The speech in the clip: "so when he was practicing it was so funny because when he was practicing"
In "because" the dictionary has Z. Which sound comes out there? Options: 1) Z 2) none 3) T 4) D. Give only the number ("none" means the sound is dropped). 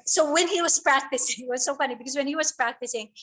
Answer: 1